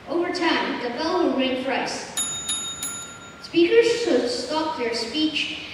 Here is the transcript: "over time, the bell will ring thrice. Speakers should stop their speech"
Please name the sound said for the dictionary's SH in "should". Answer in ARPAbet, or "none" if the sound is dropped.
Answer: S